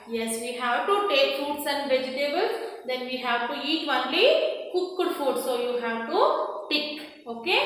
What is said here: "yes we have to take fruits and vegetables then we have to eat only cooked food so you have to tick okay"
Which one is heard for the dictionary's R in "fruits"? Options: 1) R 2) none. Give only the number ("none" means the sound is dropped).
2